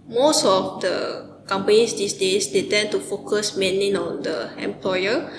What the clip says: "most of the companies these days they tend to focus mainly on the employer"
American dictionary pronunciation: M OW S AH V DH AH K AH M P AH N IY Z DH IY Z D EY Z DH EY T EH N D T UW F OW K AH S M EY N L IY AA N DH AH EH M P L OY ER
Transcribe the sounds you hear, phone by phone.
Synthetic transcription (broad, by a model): M OW S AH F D AH K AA M P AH N IY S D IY S D EY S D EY T EH N T UW F OW K AH S M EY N IY AA N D AH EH M P L OY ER